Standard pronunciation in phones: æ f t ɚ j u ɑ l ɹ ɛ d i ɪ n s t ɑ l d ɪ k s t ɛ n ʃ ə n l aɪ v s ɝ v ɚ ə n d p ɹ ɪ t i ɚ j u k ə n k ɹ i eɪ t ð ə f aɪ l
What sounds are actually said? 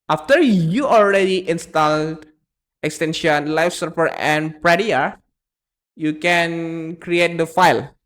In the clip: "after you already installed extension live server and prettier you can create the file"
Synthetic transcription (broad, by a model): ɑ f t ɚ j u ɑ l ɹ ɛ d i ɪ n s t ɑ l d ɪ k s t ɛ n ʃ ə n l aɪ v s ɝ p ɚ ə n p ɹ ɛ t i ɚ j u k ə n k ɹ i eɪ t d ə f aɪ l